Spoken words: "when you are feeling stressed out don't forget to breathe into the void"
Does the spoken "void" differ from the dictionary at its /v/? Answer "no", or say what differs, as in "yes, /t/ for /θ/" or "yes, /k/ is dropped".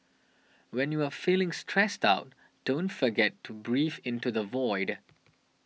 no